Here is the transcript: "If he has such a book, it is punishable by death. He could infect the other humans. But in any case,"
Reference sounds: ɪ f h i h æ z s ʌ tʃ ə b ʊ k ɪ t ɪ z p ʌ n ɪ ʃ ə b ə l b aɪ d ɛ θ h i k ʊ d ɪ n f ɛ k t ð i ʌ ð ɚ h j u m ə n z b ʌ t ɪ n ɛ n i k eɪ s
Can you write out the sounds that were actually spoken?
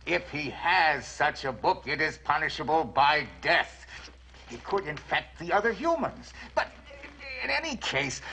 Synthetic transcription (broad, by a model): ɪ f h i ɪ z s ʌ tʃ ə b ʊ k ɪ t ɪ z p ʌ n ɪ ʃ ə b ə l b aɪ d ɛ θ h i k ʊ d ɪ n f ɛ k t ð i ʌ ð ɚ h j u m ə n z b ʌ t ɪ n ɛ n i k eɪ s